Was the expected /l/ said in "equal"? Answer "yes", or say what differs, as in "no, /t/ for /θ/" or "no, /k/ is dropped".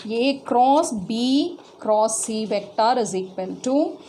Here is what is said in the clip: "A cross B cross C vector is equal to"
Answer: no, /n/ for /l/